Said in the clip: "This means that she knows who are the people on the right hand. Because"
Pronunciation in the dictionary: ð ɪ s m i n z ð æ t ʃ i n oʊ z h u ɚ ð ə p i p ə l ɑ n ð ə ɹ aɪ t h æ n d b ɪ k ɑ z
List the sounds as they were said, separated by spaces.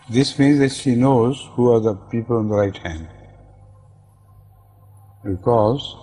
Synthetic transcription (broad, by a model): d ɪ s m i n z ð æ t ʃ i n oʊ z h u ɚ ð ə p i p ə l ɑ n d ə ɹ aɪ t h æ n d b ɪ k ɑ z